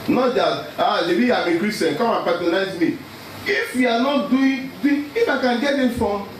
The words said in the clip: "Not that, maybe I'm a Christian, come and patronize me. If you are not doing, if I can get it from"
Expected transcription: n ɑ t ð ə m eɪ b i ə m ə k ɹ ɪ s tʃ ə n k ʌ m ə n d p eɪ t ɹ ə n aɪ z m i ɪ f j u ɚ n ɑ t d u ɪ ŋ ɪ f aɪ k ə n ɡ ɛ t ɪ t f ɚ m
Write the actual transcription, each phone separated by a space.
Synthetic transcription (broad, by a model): n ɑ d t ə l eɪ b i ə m ə k ɹ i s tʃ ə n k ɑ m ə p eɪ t ə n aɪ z m i ɪ f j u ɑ n ɑ t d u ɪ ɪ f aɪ k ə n ɡ ɛ t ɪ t f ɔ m